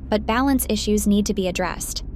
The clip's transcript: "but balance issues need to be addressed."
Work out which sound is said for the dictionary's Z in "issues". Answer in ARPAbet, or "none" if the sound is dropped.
Z